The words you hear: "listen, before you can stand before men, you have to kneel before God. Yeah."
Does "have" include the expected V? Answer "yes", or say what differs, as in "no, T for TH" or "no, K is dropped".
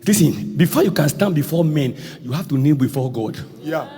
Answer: no, F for V